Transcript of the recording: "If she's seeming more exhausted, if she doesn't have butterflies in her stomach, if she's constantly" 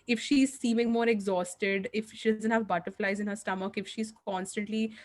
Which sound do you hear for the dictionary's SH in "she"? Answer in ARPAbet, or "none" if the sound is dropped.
SH